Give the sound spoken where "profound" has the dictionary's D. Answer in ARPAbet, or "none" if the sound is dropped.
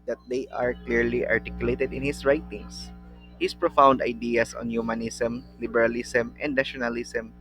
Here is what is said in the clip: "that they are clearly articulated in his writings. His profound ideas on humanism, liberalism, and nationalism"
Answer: D